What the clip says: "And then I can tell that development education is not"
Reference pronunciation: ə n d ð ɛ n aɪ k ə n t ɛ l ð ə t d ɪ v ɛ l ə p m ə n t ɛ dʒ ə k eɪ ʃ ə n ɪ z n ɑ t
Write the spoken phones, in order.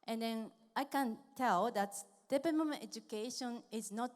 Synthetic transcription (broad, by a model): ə n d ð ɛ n aɪ k ə n t ɛ l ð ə t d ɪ p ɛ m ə m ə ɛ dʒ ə k eɪ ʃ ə n ɪ z n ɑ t